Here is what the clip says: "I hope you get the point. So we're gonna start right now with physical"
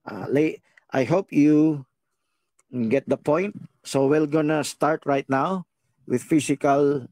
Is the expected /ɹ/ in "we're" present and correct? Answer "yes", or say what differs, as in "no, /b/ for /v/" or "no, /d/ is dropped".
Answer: no, /l/ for /ɹ/